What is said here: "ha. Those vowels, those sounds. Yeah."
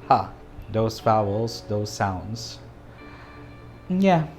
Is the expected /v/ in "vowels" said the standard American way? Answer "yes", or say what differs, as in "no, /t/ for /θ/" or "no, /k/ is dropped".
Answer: no, /f/ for /v/